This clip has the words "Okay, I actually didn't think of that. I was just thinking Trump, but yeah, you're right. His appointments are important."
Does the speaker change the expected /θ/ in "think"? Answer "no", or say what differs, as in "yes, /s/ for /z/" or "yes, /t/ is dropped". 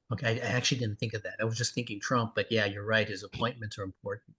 no